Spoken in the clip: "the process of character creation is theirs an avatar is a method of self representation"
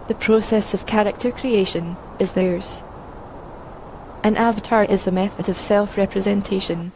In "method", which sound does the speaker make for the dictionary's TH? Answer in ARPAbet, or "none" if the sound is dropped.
TH